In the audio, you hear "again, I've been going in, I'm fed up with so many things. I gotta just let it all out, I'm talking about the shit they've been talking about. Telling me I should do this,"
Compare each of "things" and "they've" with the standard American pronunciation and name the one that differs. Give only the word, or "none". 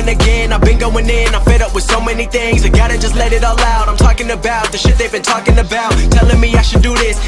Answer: none